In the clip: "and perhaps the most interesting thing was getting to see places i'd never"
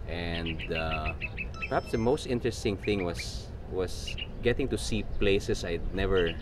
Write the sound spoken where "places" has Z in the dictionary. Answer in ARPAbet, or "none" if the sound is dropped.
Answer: S